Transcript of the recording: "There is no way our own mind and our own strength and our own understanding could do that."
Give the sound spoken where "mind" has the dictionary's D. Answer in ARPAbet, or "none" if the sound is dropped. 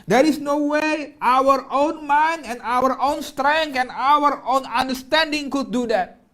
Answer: none